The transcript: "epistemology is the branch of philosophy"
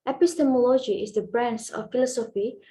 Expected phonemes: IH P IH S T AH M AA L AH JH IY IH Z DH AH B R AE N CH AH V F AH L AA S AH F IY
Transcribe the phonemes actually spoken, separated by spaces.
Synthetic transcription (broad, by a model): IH P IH S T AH M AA L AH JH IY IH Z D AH B R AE N S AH F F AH L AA S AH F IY